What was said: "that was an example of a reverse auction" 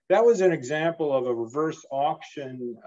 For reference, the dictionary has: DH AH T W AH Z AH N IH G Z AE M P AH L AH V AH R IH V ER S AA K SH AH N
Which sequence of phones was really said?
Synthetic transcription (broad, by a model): DH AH T W AH Z AH N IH G Z AE M P L AH V AH R IH V ER S AA K SH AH N